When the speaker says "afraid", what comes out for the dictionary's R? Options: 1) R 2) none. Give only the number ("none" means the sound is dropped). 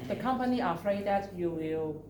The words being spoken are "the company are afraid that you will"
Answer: 1